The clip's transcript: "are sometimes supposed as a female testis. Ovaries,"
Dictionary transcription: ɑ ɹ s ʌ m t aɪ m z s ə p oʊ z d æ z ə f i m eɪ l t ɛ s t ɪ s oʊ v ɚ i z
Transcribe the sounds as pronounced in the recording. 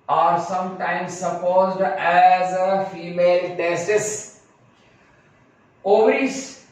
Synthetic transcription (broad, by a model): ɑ ɹ s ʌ m t aɪ m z s ə p oʊ z d æ z ə f i m eɪ l t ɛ s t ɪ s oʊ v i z